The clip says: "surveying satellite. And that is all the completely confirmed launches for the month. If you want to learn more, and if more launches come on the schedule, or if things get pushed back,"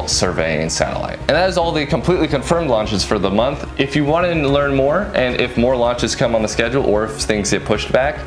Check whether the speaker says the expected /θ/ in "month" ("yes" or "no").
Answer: yes